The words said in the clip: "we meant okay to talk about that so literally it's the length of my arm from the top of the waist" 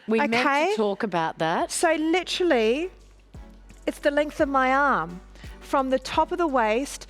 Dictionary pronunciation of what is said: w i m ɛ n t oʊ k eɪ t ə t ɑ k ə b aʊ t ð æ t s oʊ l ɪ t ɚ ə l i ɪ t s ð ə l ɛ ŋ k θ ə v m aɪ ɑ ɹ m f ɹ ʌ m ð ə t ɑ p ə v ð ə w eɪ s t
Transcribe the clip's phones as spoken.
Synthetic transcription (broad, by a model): w i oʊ k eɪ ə t ɑ k ə b aʊ t ð æ t s oʊ l ɪ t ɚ l i ɪ t s ð ə l ɛ ŋ k θ ə v m aɪ ɑ ɹ m f ɹ ʌ m ð ə t ɑ p ə v ð ə w eɪ s t